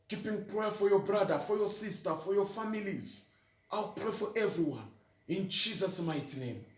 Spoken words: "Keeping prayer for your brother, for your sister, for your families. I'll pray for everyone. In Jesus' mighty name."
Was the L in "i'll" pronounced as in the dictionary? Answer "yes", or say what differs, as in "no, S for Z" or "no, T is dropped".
yes